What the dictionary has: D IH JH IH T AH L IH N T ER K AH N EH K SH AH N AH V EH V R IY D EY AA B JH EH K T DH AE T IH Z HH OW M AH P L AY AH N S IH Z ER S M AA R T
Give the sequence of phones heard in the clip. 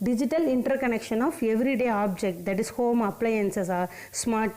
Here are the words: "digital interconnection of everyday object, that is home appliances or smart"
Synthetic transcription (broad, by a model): D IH JH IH T AH L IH N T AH K AH N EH K SH AH N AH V EH V R IY D EY AA B JH EH K T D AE T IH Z HH OW M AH P L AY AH N S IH S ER S M AA R T